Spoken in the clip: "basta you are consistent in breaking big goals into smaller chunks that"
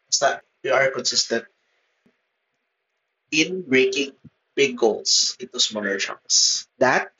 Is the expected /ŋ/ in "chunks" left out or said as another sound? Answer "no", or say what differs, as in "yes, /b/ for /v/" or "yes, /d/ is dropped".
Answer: yes, /ŋ/ is dropped